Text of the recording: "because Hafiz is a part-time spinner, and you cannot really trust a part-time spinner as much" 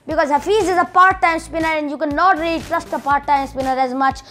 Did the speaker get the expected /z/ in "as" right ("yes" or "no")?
yes